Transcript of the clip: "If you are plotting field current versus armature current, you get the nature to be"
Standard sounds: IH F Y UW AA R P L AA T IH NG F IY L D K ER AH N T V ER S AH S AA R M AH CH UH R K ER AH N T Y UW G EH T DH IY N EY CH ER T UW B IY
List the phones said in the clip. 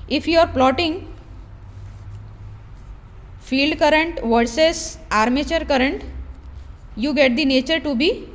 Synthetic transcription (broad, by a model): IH F Y UW AA R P L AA T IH NG F IY L D K ER AH N T V ER S AH S AA R M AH CH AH R K ER AH N T Y UW G EH T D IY N EY CH ER T UW B IY